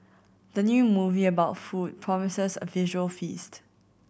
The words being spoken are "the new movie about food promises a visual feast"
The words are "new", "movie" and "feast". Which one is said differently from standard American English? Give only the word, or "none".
none